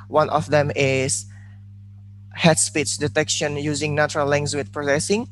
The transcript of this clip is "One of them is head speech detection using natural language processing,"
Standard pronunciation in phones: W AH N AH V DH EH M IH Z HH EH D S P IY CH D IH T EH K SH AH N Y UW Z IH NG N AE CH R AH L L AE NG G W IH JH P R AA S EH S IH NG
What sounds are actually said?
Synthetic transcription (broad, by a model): W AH N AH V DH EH M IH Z HH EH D S P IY S D IH T EH K SH AH N Y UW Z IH NG N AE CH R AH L L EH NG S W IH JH P R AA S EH S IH NG